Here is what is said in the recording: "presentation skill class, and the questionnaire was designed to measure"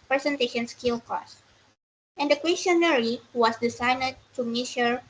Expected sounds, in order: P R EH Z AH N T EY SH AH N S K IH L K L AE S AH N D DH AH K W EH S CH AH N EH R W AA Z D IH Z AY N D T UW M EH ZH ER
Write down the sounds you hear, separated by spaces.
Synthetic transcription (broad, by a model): P R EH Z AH N T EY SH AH N S K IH L K AO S AH N D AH K W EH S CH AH N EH R W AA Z D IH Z AY N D T UW M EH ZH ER